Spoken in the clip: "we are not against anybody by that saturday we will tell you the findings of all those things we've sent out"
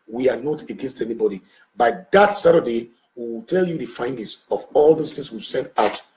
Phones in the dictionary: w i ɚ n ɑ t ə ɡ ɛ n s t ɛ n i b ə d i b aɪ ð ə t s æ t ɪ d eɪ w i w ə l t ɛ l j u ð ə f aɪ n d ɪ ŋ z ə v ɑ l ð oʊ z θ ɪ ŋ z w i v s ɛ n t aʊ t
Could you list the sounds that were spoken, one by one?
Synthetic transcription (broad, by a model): w i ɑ n ɑ t ə ɡ ɛ n s t ɛ n i b ə d i b aɪ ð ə t s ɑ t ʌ d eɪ w i w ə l t ɛ l j u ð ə f aɪ n d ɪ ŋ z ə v ɑ l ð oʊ s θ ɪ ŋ s w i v s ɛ n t aʊ t